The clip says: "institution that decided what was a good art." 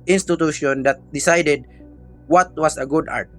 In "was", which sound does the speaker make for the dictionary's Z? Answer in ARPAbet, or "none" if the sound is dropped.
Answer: S